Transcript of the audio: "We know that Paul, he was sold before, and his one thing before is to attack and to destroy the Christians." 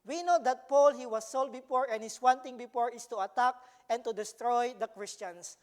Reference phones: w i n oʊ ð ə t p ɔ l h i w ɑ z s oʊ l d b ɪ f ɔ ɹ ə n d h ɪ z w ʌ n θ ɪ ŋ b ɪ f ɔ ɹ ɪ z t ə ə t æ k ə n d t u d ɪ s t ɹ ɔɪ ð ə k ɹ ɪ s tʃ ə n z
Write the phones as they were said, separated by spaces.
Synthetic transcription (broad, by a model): w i n oʊ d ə t p ɔ l h i w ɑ s oʊ l d b ɪ f ɔ ɹ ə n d h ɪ s w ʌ n t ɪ ŋ b ɪ f ɔ ɹ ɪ s t ə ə t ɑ k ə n t u d ɪ s t ɹ ɔɪ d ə k ɹ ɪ s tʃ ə n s